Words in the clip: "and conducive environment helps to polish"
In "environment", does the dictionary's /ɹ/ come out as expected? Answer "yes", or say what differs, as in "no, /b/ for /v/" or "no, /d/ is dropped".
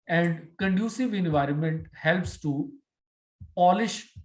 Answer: yes